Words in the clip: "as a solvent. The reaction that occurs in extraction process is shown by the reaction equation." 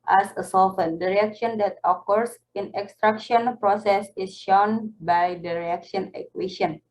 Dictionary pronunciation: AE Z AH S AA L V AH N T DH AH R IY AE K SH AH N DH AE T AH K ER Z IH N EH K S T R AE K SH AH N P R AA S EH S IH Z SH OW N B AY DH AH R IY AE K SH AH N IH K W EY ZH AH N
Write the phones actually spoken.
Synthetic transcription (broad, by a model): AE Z AH S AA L F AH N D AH R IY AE K SH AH N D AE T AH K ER S IH N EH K S T R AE K SH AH N P R AA S EH S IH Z SH OW N B AY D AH R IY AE K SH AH N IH K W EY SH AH N